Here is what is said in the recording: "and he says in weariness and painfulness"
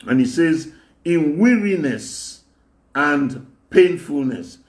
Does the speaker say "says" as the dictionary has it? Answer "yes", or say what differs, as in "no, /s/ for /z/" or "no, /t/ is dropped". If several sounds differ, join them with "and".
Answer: yes